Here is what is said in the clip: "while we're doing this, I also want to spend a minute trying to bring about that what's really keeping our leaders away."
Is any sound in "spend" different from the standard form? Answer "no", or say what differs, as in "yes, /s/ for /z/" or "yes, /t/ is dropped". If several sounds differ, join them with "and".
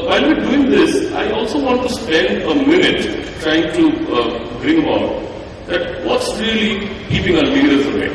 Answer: no